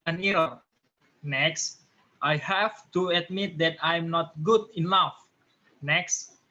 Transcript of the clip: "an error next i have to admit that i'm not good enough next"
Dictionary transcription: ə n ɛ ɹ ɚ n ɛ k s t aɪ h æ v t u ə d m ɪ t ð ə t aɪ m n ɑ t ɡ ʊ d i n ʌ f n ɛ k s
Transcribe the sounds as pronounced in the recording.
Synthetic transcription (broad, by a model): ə n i ɚ n ɛ k s t aɪ h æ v t u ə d m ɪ t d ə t aɪ m n ɑ t ɡ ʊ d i n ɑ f n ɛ k s